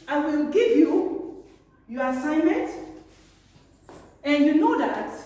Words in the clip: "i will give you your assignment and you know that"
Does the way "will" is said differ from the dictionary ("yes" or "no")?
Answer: no